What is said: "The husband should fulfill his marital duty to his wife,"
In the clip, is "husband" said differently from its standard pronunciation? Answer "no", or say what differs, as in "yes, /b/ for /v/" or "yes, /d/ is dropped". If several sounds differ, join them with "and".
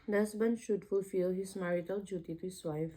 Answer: yes, /s/ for /z/